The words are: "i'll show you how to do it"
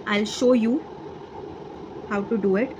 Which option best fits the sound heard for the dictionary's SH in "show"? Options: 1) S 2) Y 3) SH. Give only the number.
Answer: 3